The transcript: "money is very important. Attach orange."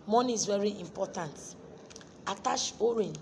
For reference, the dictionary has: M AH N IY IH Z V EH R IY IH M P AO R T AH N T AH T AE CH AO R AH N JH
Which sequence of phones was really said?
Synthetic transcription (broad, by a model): M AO N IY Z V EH R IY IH M P AO T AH N T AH T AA SH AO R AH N